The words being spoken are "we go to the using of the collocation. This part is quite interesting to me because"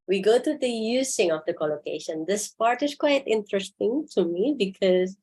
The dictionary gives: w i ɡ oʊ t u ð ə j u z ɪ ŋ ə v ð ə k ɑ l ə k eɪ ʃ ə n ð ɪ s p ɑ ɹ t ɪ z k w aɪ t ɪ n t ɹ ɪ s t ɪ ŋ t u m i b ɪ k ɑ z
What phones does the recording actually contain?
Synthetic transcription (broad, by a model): w i ɡ oʊ t u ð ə j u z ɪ ŋ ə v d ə k ɑ l ə k eɪ ʃ ə n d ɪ s p ɑ ɹ t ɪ s k w aɪ t ɪ n t ɹ ɪ s t ɪ ŋ t u m i b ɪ k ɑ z